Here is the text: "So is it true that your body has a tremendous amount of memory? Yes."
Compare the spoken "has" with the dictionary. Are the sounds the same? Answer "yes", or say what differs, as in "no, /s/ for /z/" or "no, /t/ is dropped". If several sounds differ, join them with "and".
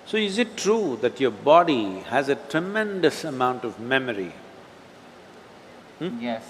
yes